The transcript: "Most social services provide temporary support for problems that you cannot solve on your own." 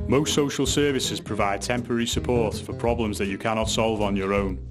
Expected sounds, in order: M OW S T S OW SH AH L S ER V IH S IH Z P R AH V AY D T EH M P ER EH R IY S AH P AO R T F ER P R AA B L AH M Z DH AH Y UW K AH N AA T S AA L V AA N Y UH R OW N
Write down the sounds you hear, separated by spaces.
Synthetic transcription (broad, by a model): M OW S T S OW SH AH L S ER V IH S IH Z P R AH V AY D T EH M P ER EH R IY S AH P AO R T F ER P R AA B L AH M Z DH AH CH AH K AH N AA T S AA L V N Y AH R OW N